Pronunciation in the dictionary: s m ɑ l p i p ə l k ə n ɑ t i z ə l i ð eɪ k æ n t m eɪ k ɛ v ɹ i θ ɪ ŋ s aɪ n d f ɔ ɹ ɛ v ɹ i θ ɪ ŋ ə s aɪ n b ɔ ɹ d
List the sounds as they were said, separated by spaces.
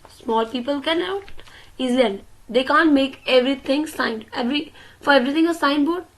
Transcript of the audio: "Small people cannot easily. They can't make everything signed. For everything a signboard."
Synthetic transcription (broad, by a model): s m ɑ l p i p ə l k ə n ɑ t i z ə i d eɪ k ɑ n t m eɪ k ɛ v ɹ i t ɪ ŋ s aɪ n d f ɔ ɹ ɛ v ɹ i t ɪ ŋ ə s aɪ n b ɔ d